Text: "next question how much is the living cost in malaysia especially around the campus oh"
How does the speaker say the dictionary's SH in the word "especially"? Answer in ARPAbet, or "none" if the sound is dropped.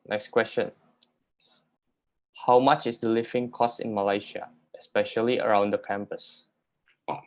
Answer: SH